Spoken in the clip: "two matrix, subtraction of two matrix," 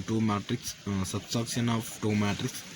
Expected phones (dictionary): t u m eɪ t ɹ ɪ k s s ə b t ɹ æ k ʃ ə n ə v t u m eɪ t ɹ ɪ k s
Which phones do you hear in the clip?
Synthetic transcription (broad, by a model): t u m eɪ t ɹ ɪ k s s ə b s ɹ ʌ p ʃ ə n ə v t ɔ m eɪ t ɹ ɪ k s